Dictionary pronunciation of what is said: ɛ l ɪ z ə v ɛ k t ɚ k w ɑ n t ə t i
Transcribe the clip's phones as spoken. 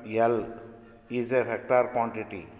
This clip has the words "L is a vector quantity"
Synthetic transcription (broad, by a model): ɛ l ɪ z ə f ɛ k t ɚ k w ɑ n t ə t i